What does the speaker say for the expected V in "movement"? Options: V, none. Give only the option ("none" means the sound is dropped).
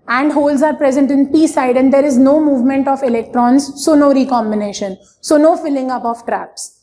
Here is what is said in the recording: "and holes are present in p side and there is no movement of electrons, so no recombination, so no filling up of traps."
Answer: V